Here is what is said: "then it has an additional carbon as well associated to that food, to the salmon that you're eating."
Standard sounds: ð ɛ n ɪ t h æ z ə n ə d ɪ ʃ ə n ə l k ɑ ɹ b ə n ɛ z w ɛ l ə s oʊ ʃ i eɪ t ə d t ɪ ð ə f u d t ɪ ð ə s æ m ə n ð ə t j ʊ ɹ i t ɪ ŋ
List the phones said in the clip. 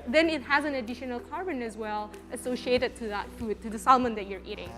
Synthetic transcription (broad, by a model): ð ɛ n ɪ t h æ z ə n ə d ɪ ʃ ə n ə l k ɑ ɹ b ə n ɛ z w ɛ l ə s oʊ ʃ i eɪ t ə d t ɪ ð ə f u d t ɪ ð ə s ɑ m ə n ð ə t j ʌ ɹ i t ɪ ŋ